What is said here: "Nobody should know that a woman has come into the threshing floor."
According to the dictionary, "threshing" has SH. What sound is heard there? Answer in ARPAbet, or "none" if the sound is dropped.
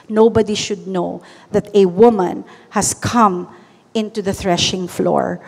SH